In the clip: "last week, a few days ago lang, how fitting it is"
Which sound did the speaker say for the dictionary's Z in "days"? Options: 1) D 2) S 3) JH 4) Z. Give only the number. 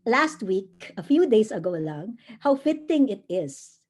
2